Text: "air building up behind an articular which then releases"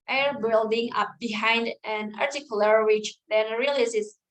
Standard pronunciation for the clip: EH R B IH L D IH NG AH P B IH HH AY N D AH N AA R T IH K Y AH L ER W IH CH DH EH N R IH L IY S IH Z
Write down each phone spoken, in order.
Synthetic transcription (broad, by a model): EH R B IH L D IH NG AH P B IH HH AY N D AH N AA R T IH K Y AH L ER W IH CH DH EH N R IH L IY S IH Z